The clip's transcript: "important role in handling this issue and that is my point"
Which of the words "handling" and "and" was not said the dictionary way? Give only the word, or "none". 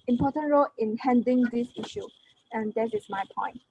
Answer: handling